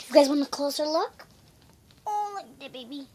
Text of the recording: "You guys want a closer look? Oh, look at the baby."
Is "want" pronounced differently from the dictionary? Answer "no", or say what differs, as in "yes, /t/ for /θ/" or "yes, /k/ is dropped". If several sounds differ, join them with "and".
yes, /t/ is dropped